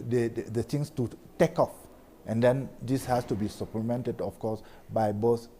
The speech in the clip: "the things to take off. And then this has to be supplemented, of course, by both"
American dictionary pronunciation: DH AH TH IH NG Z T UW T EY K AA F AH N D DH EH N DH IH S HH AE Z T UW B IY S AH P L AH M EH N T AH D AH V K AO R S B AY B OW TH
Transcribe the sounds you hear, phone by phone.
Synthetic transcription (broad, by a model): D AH T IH NG S T UW T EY K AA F AH N D EH N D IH S HH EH S T UW B IY S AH P L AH M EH N T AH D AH F K AO S B AY B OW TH